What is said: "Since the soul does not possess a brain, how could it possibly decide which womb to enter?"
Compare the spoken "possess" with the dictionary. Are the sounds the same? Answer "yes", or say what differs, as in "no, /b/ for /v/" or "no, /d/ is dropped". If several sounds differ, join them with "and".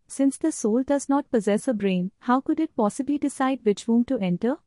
yes